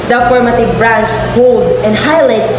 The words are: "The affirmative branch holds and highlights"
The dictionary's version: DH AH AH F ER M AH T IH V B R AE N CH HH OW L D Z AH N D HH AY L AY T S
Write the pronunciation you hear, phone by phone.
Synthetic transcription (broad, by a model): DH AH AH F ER M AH T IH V B R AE N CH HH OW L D AH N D HH AY L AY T S